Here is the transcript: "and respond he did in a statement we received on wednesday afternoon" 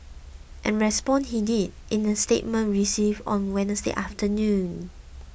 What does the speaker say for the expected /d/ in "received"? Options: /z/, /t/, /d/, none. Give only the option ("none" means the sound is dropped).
none